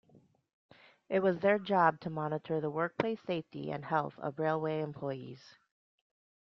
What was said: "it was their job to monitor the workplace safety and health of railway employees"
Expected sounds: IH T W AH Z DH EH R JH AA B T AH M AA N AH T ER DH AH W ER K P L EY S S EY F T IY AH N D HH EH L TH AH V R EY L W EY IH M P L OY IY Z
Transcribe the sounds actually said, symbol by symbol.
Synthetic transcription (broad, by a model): IH T W AH Z DH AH R JH AA B T AH M AA N AH T ER DH AH W ER K P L EY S S EY F T IY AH N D HH EH L TH AH V R EY L W EY IH M P L OY IY Z